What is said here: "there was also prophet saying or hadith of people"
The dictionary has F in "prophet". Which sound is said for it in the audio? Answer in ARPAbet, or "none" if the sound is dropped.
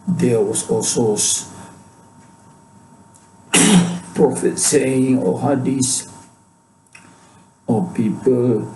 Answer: F